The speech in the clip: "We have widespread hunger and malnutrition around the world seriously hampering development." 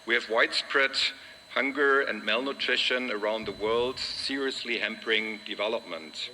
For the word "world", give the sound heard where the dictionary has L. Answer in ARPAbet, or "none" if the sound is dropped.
L